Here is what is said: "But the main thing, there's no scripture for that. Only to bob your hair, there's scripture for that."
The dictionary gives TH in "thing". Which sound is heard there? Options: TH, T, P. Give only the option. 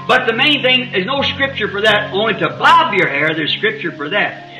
TH